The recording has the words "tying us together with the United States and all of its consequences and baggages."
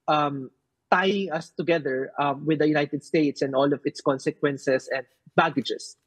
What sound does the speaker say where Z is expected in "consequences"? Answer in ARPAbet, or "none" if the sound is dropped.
S